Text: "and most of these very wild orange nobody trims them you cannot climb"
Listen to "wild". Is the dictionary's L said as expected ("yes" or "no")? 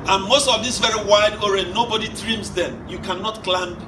no